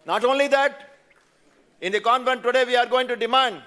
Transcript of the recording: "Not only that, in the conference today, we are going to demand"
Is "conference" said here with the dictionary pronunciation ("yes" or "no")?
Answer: no